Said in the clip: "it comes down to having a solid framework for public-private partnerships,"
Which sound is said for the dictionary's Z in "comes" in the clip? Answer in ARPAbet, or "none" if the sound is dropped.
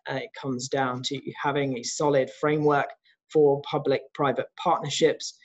Z